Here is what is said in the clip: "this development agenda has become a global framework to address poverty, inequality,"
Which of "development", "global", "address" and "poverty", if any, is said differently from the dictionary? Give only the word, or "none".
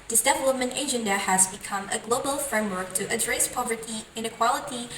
none